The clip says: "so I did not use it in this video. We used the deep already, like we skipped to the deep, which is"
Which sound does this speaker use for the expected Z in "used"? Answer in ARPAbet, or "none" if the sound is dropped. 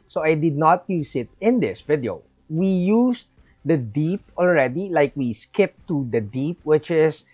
S